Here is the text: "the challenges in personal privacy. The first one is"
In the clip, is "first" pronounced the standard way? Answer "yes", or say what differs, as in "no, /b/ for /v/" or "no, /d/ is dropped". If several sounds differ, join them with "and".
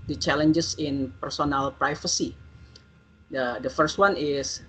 yes